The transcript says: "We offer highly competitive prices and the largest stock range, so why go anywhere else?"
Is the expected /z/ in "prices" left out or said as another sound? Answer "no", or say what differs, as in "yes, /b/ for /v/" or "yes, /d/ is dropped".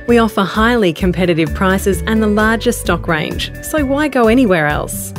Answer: no